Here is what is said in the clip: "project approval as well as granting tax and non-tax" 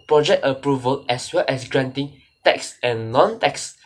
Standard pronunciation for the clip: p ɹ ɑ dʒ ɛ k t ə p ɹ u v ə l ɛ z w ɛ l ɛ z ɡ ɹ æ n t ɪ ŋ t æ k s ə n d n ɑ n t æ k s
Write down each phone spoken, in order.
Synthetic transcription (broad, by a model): p ɹ ɑ dʒ ɛ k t ə p ɹ u v ə l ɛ s w ɛ l ɛ s ɡ ɹ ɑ n t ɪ ŋ t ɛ k s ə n n ɑ n t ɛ k s